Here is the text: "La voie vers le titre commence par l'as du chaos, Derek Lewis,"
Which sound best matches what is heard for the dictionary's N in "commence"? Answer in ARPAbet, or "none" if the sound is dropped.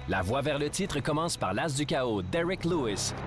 none